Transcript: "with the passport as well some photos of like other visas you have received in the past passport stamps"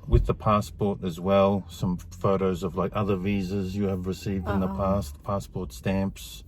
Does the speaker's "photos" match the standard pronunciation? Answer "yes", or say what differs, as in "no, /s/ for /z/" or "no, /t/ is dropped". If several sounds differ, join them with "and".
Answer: yes